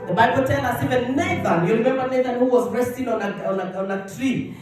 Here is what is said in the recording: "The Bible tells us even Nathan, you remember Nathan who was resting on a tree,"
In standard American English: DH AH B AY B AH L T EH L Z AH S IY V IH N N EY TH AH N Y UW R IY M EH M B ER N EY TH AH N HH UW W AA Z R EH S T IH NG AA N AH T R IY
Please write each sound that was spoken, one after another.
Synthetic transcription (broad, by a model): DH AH B AY B AH L T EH L AH S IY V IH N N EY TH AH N Y UW R IY M EH M B ER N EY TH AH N HH UW W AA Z R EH S T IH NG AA N AH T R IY